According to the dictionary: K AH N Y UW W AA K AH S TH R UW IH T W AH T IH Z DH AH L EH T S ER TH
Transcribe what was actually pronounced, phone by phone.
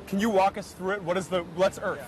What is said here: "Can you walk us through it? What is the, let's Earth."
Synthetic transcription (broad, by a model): K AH N Y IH W AA K AH S TH R UW IH T W AH T IH Z DH AH L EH T S ER